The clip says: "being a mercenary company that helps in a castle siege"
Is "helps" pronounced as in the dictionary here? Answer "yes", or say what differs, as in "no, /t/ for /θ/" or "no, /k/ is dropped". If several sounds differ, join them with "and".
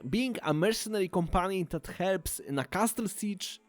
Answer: yes